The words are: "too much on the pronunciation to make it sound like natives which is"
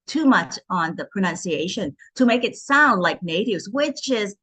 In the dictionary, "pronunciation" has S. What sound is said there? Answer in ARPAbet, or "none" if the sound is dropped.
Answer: S